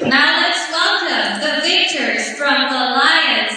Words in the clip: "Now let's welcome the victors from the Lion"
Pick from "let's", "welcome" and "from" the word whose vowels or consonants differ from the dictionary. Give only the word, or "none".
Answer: welcome